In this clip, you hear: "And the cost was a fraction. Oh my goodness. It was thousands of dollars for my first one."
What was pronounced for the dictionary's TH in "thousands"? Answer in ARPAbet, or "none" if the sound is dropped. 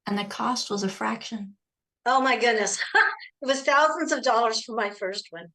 TH